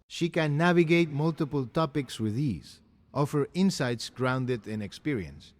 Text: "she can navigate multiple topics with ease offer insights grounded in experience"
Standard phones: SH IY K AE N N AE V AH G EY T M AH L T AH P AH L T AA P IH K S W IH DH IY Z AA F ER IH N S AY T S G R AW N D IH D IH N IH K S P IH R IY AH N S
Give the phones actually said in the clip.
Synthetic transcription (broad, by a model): SH IY K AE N N AE V AH G EY T M AH L T AH P AH L T AA P IH K S W IH DH IY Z AA F ER IH N S AY T S G R AW N D IH D IH N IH K S P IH R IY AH N S